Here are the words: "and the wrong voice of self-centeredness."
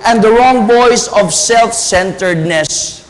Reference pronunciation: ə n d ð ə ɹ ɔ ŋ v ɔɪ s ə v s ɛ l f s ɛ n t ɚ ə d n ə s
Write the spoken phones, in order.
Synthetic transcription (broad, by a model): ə n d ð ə ɹ ɔ ŋ b ɔɪ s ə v s ɛ l f s ɛ n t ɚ d n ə s